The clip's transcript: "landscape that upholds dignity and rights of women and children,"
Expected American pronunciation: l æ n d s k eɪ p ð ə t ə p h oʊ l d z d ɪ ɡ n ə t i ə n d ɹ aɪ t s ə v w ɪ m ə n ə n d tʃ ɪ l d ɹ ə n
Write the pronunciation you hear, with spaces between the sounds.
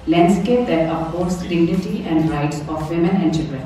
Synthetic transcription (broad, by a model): l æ n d s k eɪ p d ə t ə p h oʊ d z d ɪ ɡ n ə t i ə n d ɹ aɪ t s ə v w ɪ m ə n ə n d tʃ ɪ l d ɹ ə n